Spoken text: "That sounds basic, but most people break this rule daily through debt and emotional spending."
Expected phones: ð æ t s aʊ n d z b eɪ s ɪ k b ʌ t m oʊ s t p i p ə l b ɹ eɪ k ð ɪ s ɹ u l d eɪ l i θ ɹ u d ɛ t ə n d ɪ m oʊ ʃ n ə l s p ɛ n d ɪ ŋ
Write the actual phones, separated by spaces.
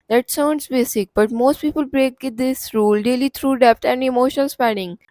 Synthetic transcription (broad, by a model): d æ t s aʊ n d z b eɪ s ɪ k b ʌ t m oʊ s t p i p ə l b ɹ eɪ k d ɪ s ɹ u l d eɪ l i t ɹ u d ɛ t ə n d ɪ m oʊ ʃ ə n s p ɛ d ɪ ŋ